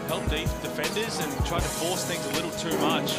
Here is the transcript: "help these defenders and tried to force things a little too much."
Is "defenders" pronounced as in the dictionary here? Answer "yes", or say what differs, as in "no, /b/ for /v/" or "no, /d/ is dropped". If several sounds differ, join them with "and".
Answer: yes